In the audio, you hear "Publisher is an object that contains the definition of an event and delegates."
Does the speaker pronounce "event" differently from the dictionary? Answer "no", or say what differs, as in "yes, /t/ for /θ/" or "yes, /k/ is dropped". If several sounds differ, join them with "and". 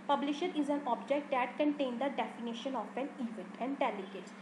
yes, /n/ is dropped